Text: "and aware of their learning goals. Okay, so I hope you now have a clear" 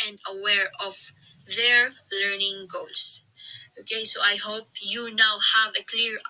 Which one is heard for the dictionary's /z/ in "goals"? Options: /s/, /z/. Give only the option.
/s/